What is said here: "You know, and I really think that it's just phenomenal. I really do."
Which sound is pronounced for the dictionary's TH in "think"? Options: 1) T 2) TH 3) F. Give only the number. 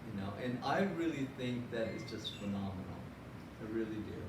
2